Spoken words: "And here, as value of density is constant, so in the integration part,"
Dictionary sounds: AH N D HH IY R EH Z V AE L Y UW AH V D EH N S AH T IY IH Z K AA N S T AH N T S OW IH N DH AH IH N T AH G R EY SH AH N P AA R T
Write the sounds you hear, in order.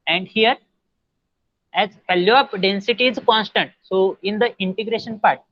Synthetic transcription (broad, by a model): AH N D HH IY R EH Z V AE L Y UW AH P D EH N S AH T IY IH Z K AA N S T AH N T S OW IH N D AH IH N T AH G R EY SH AH N P AA R T